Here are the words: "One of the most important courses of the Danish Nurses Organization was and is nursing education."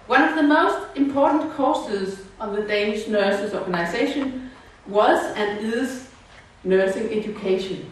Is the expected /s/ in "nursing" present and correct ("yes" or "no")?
yes